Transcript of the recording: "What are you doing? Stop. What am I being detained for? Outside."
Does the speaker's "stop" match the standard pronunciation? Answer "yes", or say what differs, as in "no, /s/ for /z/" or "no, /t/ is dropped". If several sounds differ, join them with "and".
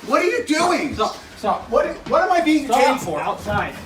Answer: no, /s/ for /t/